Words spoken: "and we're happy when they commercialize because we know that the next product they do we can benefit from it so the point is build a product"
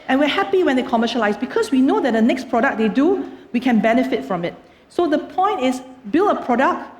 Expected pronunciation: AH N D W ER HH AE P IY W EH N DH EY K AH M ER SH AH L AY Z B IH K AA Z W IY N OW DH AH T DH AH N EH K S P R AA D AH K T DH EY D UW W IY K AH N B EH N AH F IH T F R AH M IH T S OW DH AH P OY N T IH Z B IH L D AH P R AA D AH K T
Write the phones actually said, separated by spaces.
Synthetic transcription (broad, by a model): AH N W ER HH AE P IY W EH N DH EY K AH M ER SH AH L AY S B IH K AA S W IY N OW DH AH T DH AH N EH K S P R AA D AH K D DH EY D UW W IY K AH N B EH N AH F IH T F R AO M IH T S OW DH AH P OY N T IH S B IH L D AH P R AA D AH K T